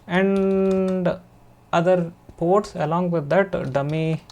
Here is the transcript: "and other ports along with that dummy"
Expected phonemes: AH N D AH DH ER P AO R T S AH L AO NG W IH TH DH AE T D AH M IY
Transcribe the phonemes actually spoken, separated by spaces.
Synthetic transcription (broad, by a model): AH N D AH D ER P AO R T S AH L AO NG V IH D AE T D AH M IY